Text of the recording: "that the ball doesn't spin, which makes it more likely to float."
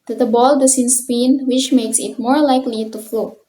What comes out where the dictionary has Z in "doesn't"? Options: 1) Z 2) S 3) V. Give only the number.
2